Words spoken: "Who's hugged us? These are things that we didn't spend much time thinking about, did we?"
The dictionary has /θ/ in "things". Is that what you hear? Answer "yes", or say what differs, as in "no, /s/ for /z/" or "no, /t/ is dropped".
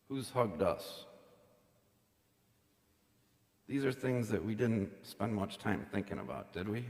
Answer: yes